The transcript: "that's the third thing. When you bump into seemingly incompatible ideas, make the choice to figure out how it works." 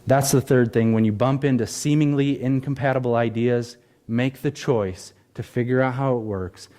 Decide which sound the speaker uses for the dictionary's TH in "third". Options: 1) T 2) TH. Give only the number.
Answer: 2